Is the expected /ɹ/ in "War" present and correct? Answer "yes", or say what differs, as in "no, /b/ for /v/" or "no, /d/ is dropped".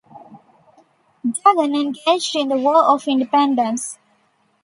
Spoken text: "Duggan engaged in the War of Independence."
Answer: no, /l/ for /ɹ/